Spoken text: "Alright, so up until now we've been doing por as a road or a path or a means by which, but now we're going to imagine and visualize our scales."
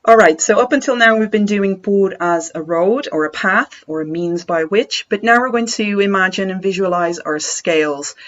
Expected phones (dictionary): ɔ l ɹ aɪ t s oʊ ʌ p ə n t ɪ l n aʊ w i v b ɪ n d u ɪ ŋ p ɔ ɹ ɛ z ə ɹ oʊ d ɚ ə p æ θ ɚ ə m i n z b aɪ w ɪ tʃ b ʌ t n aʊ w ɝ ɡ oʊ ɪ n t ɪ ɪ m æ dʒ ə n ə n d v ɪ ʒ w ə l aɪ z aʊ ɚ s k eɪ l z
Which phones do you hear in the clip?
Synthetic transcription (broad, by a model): ɔ l ɹ aɪ t s oʊ ʌ p ə n t ɪ l n aʊ w i v b ɪ n d u ɪ ŋ b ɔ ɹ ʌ z ə ɹ oʊ d ɚ ə p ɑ θ ɚ ə m i n z b aɪ w ɪ tʃ b ʌ t n aʊ w ɝ ɡ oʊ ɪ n t ɪ ɪ m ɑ dʒ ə n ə n v ɪ ʒ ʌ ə l aɪ z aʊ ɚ s k eɪ l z